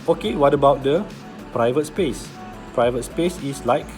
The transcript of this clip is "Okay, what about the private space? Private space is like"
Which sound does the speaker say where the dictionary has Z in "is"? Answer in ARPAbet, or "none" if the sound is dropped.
S